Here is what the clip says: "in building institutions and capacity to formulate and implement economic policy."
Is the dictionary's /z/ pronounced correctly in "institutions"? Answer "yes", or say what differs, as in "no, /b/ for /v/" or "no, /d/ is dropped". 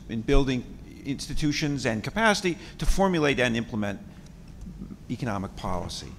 yes